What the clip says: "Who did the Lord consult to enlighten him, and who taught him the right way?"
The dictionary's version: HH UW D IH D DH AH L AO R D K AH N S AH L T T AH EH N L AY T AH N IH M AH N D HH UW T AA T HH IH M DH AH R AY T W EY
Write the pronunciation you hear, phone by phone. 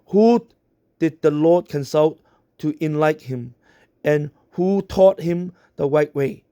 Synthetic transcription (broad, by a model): HH UW D IH D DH AH L AO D K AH N S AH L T T AH N L AY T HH IH M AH N HH UW T AA T HH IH M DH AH W AY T W EY